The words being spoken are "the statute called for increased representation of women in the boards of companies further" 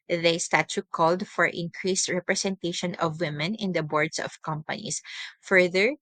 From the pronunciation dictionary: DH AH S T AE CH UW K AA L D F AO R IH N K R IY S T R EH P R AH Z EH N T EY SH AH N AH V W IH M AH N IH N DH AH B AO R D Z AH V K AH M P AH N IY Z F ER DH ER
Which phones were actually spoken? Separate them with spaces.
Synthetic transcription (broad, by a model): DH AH S T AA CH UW K AA L D F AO R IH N K R IY S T R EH P R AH S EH N T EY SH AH N AH V W IH M AH N IH N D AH B AO R D S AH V K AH M P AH N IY S F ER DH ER